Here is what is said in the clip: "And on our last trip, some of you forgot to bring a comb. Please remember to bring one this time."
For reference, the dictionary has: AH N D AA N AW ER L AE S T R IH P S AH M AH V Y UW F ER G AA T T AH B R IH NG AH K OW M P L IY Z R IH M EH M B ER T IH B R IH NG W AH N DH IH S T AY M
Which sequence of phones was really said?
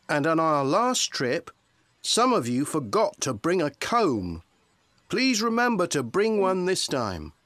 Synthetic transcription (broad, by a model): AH N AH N AW ER L AE S T R IH P S AH M AH V Y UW F ER G AA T T AH B R IH NG AH K OW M P L IY Z R IH M EH M B ER T IH B R IH NG W AH N DH IH S T AY M